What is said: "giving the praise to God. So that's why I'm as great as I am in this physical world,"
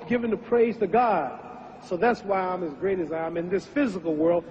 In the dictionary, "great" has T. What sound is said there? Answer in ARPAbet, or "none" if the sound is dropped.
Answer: T